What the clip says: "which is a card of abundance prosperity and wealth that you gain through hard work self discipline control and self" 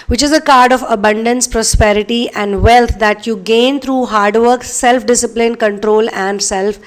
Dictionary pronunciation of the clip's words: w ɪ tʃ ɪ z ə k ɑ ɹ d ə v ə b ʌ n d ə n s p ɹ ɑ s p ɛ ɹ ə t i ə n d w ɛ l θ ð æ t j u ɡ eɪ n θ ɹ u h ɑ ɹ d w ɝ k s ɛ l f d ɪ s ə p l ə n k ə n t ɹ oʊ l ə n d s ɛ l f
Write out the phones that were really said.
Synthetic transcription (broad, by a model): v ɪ tʃ ɪ z ə k ɑ ɹ d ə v ə b ʌ n d ə n s p ɹ ɑ s p ɛ ɹ ə t i ə n d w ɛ l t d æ t j u ɡ eɪ n t ɹ u h ɑ ɹ d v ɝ k s ɛ l f d ɪ s ə p l ə n k ə n t ɹ oʊ l ə n d s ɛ l f